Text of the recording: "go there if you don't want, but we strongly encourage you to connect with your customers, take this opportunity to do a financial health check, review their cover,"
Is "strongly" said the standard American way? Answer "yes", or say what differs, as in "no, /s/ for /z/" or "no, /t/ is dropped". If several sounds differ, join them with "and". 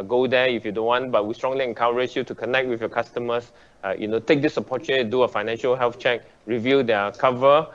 yes